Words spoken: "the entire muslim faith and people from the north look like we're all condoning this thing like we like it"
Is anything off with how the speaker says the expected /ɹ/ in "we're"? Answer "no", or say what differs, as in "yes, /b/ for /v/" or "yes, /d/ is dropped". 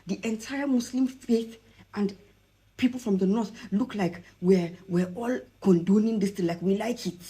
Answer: yes, /w/ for /ɹ/